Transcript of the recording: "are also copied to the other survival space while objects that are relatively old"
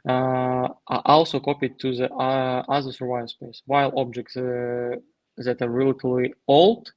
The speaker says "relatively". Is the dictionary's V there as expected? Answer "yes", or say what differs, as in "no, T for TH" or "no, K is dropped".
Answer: no, V is dropped